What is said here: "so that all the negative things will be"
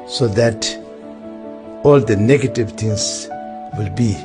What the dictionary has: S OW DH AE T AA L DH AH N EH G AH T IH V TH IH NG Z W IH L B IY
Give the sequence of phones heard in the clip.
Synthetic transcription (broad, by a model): S OW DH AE T AA L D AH N EH G AH T IH V T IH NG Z W IH L B IY